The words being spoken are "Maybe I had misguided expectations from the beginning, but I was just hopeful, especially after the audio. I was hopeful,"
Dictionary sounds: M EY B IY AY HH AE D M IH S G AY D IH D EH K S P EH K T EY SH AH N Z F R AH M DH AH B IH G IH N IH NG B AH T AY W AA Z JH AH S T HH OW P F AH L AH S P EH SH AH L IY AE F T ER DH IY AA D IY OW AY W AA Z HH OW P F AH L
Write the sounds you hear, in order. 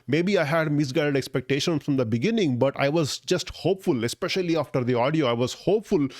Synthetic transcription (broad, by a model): M EY B IY AY HH AE D M IH S G AY D IH D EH K S P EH K T EY SH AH N F R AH M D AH B IH G IH N IH NG B AH T AY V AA Z JH AH S T HH OW P F AH L AH S P EH SH AH L IY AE F T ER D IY AA D IY OW AY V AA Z HH OW P F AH L